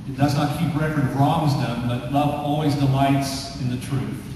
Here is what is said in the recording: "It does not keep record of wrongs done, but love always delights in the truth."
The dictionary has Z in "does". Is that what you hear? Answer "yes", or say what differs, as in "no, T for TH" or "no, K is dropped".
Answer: yes